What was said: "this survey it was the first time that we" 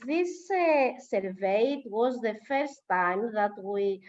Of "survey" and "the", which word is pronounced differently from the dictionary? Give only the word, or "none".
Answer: none